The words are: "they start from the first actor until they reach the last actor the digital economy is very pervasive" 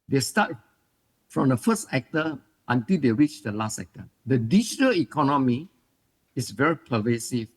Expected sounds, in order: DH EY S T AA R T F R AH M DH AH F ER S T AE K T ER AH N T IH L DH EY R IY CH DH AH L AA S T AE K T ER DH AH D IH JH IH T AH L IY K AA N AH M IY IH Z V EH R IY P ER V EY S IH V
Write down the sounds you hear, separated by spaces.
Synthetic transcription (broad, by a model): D EY S T AA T F R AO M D AH F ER S T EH K T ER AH N T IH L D EY R IY CH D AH L AA S T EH K T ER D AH D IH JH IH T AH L IY K AA N AH M IY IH S V EH R IY P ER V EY S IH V